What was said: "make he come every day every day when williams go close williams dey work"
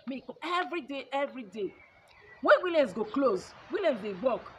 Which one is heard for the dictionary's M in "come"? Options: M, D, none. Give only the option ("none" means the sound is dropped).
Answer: none